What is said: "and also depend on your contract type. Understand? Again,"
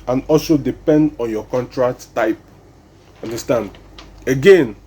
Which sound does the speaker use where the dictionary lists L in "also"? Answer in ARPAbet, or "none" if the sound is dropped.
L